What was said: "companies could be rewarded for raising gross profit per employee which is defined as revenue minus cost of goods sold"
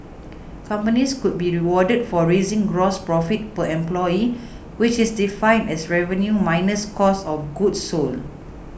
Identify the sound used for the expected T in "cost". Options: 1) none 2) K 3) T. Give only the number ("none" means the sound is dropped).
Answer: 1